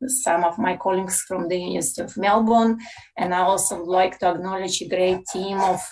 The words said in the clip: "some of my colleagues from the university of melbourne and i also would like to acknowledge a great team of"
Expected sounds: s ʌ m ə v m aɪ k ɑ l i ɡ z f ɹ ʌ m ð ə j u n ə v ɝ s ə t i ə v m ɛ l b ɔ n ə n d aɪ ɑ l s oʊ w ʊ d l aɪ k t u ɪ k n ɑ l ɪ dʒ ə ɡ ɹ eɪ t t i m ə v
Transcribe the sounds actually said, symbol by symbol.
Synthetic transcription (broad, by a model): s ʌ m ə v m aɪ k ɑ l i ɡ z f ɹ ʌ m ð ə j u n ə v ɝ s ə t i ə v m ɛ l b ɔ n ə n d aɪ ɑ l s oʊ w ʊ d l aɪ k t u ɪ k n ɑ l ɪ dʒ ə ɡ ɹ eɪ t t i m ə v